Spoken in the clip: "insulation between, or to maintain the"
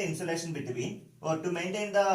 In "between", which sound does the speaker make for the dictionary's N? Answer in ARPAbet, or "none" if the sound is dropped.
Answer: none